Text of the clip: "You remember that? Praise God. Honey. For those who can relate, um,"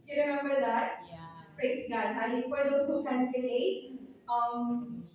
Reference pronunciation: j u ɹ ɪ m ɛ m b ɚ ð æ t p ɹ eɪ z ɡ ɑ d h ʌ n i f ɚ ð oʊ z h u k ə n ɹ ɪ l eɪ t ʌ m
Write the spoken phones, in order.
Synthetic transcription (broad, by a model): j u ɹ ɪ m ɛ m b ɚ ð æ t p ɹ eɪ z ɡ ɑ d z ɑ l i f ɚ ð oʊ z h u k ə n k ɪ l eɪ ʌ m